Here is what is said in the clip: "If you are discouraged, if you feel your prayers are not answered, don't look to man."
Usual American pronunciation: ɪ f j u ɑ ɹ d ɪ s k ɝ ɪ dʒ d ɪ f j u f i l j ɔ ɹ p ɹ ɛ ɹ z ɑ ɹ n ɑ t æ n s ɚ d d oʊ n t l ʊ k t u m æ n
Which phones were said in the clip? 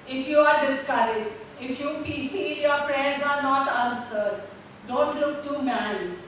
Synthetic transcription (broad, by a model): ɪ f j u ɑ ɹ d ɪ s k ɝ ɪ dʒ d ɪ f j u p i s j ɔ ɹ p ɹ ɛ ɹ z ɑ ɹ n ɑ t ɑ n s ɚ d d oʊ n t l ʊ k t u m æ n